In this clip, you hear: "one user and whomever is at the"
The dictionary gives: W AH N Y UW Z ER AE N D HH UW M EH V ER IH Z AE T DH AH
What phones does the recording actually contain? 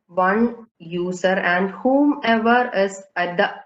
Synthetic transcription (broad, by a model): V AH N Y UW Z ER AE N D HH UW M EH V ER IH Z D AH